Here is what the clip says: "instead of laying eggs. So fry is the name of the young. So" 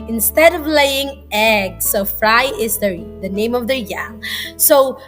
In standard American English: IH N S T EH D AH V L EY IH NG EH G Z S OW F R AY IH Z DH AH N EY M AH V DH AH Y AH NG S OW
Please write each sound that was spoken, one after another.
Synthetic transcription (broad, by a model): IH N S T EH D AH V L EY IH NG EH G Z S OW F R AY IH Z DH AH N EY M AH V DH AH Y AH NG S OW